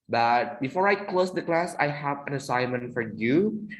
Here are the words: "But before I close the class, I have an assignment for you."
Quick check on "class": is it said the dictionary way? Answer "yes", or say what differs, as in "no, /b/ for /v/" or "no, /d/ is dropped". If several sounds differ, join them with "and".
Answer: yes